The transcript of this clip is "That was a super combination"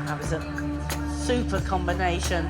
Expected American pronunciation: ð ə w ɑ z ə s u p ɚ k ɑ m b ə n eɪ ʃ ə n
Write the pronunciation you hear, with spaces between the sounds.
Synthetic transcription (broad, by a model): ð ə w ɑ z ə s u p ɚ k ɑ m b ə n eɪ ʃ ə n